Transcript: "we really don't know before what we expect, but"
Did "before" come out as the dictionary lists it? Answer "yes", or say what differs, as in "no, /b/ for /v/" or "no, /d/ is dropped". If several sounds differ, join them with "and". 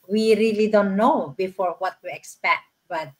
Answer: yes